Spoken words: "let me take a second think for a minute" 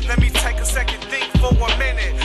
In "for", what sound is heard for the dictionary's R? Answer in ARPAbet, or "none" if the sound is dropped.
W